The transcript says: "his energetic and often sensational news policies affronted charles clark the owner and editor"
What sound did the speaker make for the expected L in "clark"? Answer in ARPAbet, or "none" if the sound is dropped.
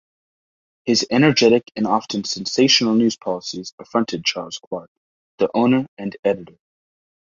W